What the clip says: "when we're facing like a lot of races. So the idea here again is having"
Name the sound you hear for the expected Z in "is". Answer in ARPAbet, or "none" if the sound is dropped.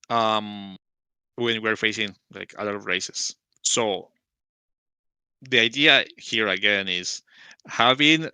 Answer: S